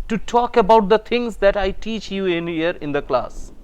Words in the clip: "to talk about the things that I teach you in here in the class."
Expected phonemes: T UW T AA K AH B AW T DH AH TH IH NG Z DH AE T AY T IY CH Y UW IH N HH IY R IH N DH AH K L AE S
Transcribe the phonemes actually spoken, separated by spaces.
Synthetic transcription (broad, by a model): T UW T AA K AH B AW T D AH T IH NG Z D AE T AY T IY CH Y UW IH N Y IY R IH N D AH K L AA S